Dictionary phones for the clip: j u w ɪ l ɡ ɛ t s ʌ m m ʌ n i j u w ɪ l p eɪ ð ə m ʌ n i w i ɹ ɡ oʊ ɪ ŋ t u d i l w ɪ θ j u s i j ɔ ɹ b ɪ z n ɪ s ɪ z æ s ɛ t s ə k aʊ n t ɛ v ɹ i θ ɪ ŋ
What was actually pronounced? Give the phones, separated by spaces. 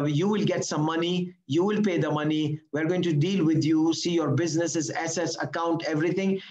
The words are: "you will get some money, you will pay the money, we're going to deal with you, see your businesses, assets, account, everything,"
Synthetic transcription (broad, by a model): j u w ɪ l ɡ ɛ t s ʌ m m ʌ n i j u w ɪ l p eɪ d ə m ʌ n i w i ɹ ɡ oʊ ɪ ŋ t u d i l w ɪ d j u s i j ɔ ɹ b ɪ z n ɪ s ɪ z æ s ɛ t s ə k aʊ n t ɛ v ɹ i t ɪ ŋ